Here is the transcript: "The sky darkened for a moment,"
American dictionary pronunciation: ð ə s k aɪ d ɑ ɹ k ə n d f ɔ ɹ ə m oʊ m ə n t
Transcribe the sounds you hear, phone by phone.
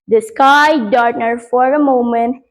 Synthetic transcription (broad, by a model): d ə s k aɪ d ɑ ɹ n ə d f ɔ ɹ ə m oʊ m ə n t